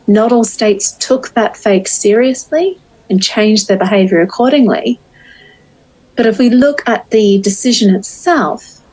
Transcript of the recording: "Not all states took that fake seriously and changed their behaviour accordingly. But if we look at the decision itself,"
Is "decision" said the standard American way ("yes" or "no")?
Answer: yes